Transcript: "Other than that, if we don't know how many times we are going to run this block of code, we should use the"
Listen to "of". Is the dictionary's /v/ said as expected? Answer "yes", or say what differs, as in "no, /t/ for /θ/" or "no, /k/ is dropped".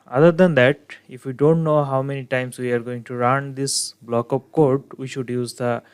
no, /p/ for /v/